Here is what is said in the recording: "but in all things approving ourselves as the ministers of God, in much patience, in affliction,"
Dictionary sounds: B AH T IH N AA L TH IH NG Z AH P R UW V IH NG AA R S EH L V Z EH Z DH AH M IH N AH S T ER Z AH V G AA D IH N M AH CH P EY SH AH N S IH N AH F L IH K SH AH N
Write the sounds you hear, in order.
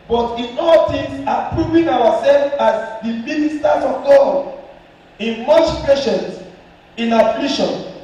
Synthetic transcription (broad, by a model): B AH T IH N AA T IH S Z AH P R UW V IH NG AA W S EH L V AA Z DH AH M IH N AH S T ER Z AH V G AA IH N M AH CH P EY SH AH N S IH N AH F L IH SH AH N